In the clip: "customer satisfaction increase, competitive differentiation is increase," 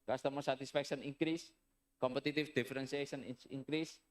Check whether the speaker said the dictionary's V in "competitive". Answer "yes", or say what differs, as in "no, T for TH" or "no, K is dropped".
no, F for V